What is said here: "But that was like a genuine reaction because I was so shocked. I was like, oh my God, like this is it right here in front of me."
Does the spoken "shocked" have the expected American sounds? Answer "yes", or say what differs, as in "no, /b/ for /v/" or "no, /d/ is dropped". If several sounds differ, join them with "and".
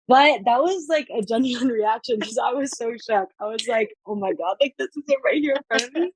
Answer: no, /t/ is dropped